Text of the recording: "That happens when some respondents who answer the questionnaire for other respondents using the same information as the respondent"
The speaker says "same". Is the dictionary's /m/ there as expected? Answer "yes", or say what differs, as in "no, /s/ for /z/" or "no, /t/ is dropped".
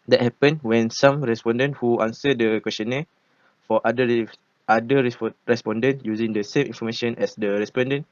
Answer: yes